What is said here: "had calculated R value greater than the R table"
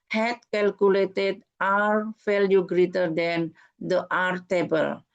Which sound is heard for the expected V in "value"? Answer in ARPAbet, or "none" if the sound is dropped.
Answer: F